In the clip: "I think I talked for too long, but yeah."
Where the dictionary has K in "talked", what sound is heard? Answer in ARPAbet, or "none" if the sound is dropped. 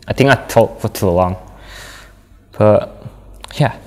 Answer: none